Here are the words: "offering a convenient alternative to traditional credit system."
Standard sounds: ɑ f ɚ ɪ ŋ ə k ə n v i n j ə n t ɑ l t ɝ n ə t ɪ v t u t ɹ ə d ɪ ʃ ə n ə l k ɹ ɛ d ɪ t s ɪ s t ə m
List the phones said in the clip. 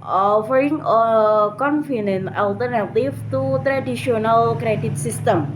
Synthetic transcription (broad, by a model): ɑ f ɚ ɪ ŋ ə k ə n f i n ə n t ɑ l t ɝ n ə t ɪ v t u t ɹ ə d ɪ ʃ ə n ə l k ɹ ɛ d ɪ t s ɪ s t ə m